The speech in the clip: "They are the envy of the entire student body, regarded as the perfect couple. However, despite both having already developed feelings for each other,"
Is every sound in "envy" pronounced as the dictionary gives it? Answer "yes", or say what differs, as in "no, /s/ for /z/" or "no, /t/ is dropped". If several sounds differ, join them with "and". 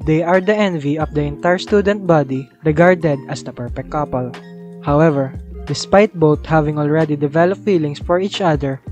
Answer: yes